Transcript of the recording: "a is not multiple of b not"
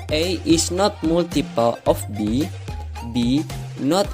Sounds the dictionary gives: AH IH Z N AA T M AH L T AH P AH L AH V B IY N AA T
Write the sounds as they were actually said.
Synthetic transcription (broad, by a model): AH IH S N AA T M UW L T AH P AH L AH B B IY N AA T